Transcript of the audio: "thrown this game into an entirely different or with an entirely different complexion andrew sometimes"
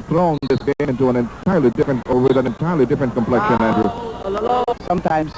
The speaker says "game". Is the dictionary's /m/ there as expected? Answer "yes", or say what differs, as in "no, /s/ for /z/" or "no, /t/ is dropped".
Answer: no, /m/ is dropped